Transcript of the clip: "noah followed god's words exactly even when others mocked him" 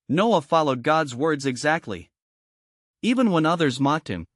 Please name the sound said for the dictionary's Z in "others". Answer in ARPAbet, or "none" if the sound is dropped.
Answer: Z